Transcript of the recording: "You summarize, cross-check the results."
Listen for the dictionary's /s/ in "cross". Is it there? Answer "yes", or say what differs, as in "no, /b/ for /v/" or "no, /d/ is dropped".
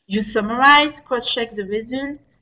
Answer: no, /s/ is dropped